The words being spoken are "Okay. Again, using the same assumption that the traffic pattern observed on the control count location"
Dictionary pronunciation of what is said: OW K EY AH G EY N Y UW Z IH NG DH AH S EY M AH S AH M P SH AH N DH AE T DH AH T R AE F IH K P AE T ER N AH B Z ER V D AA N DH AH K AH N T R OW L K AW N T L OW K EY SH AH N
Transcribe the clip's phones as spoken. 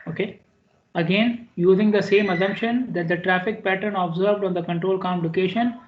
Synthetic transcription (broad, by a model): OW K EY AH G EY N Y UW Z IH NG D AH S EY M AH S AH M P SH AH N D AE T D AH T R AE F IH K P AE T ER N AH B Z ER V D AA N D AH K AH N T R OW L K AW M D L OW K EY SH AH N